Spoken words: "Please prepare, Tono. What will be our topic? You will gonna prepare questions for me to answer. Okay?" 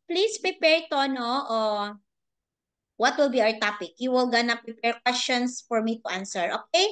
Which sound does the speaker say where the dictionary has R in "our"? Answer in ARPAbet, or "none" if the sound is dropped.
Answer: R